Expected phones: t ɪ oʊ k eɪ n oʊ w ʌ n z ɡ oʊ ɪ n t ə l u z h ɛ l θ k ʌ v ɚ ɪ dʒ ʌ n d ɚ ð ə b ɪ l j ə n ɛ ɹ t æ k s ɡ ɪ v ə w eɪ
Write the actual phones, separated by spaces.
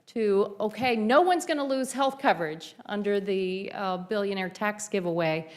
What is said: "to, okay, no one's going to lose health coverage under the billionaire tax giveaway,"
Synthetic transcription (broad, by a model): t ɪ oʊ k eɪ n oʊ w ʌ n z ɡ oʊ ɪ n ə l u z h ɛ l θ k ʌ v ɚ ɪ dʒ ʌ n d ɚ ð ə b ɪ l j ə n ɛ ɹ t æ k s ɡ ɪ v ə w eɪ